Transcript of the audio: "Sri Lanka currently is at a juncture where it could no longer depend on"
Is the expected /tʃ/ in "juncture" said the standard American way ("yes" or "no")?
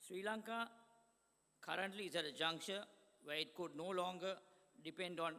no